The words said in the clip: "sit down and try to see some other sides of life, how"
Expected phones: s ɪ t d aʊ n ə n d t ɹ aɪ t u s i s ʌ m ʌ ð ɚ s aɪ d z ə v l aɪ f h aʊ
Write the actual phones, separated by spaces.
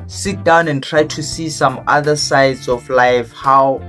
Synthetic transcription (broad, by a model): s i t d aʊ n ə n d t ɹ aɪ t u s i s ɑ m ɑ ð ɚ s aɪ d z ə f l aɪ f h aʊ